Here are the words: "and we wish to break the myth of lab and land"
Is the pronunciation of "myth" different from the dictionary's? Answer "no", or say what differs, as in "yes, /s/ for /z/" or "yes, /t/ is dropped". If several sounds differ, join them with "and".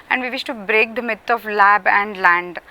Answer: yes, /t/ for /θ/